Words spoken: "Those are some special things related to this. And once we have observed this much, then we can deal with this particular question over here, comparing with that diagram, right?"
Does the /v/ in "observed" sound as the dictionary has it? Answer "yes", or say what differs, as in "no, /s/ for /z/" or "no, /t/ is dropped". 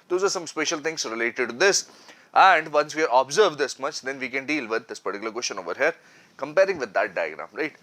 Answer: yes